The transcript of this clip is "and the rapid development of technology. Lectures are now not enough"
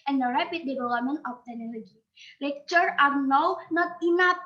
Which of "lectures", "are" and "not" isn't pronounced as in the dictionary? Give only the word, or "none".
lectures